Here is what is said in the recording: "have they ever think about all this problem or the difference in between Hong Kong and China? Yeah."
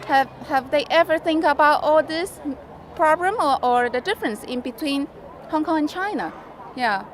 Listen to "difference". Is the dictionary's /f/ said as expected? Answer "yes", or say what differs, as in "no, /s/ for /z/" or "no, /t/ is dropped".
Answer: yes